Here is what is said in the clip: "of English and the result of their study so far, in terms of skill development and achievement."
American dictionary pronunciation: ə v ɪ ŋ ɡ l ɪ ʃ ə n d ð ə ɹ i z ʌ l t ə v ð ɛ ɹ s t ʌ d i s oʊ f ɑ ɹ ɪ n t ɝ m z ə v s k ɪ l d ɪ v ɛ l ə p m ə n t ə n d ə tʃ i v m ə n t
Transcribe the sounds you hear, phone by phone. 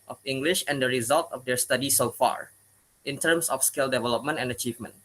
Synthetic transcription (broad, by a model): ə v ɪ ŋ ɡ l ɪ ʃ ə n d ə ɹ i z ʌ l t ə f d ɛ ɹ s t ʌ d i s oʊ f ɑ ɹ ɪ n t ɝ m s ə f s k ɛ l d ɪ v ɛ l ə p m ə n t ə n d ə tʃ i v m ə n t